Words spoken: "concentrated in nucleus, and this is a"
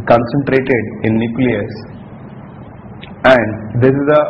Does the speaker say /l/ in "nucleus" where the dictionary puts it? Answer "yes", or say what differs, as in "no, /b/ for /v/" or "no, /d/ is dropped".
yes